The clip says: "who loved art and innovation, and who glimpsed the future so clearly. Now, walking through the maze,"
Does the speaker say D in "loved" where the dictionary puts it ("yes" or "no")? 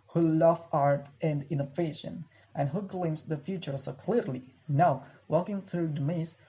no